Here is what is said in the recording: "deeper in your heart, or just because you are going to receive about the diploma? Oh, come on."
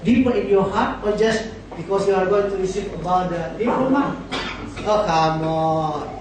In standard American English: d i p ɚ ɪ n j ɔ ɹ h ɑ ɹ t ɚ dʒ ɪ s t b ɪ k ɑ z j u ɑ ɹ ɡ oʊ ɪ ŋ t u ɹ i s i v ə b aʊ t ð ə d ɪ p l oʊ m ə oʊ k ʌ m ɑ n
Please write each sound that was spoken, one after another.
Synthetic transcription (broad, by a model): d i p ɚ ɪ n j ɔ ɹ h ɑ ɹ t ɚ dʒ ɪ s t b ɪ k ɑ s j u ɑ ɹ ɡ oʊ ɪ ŋ t u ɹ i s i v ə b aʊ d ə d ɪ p oʊ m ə oʊ k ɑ m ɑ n